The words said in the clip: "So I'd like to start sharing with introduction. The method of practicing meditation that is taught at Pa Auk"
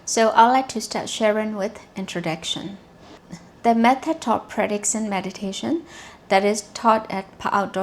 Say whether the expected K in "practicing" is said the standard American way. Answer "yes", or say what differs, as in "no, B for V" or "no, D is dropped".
no, K is dropped